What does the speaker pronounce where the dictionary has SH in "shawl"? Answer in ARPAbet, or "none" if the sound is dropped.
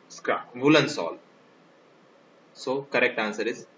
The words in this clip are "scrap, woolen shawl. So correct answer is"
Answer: S